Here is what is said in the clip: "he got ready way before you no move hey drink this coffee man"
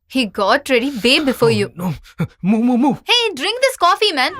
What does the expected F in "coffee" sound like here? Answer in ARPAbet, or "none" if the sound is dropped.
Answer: F